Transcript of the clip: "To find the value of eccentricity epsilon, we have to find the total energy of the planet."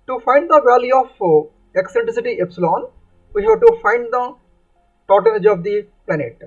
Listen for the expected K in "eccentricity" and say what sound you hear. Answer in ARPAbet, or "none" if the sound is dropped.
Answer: K